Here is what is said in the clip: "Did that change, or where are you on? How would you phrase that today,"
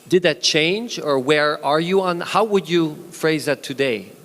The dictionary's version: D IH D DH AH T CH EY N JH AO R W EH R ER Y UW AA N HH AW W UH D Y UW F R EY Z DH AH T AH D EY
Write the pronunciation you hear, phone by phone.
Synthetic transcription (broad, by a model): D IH D DH AH T CH EY N JH AO R W EH R ER Y UW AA N HH AW W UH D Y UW F R EY Z DH AH T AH D EY